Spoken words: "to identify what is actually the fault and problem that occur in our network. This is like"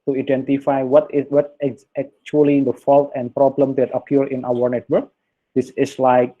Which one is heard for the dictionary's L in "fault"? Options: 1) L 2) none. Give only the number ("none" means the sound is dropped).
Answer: 1